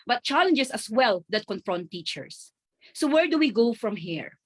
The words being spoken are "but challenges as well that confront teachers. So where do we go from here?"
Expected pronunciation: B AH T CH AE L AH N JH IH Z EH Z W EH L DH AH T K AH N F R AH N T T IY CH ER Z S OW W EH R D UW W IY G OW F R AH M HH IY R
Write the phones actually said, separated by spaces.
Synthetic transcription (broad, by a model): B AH T CH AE L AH N JH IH S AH S W EH L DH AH T K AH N F R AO N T T IY CH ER S OW W EH R D UW W IY G OW F R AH M HH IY R